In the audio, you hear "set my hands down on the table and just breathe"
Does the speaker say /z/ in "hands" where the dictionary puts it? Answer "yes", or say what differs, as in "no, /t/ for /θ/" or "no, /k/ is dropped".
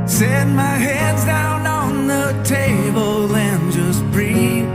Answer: yes